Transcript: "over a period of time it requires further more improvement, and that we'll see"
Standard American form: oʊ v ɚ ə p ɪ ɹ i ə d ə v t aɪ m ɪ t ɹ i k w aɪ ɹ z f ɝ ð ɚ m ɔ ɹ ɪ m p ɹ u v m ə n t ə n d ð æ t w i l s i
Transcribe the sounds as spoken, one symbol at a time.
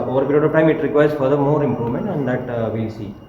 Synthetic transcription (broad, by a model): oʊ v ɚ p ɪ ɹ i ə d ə p t aɪ m ɪ t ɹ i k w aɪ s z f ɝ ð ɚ m ɔ ɹ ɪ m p ɹ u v m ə n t ə n d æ t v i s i